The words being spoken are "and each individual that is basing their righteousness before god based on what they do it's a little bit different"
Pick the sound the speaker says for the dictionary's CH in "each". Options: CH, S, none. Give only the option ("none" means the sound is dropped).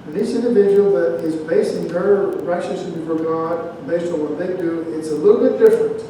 S